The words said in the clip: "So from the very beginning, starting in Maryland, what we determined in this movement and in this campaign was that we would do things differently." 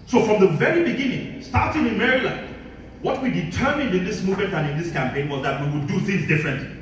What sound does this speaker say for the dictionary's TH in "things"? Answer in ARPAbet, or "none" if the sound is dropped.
TH